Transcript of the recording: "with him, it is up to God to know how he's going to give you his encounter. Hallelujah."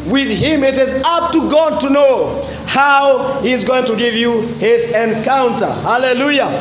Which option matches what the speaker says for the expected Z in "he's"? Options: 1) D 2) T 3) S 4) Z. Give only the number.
4